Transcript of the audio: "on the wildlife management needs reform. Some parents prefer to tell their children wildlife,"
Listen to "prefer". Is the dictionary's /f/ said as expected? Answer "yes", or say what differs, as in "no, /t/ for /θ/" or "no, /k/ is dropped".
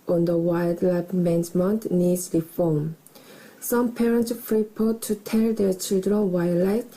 no, /p/ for /f/